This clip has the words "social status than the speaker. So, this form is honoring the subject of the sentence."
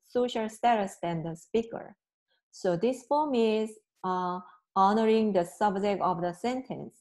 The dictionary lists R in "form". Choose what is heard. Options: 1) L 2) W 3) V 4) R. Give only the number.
1